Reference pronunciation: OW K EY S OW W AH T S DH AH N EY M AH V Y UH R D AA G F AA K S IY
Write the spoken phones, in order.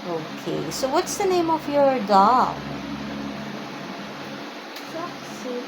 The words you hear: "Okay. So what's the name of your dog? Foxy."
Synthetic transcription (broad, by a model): OW K EY S OW W AH T S DH AH N EY M AH V Y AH R D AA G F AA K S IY